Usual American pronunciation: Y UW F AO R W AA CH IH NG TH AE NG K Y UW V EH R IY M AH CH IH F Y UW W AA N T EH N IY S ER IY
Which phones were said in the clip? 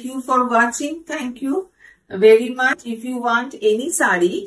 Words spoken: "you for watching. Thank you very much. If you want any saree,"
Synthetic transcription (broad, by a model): Y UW F AO R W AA CH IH NG T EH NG K Y UW V EH R IY M AH CH IH F Y UW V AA N T EH N IY S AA IY